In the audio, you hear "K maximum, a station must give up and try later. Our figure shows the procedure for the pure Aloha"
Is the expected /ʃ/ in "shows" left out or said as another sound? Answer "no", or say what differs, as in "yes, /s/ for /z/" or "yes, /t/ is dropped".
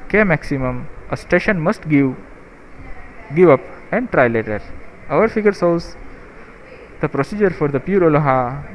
yes, /s/ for /ʃ/